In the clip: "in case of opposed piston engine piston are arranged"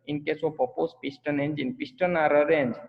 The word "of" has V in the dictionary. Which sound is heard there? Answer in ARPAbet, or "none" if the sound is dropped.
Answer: P